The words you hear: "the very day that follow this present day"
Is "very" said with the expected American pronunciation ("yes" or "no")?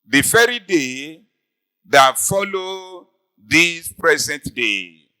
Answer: no